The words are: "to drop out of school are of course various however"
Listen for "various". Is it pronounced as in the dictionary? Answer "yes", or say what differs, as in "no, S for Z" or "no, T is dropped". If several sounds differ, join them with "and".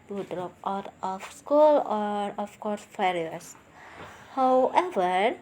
no, F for V